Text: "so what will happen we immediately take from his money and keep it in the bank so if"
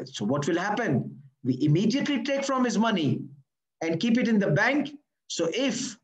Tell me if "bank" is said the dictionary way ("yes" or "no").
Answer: yes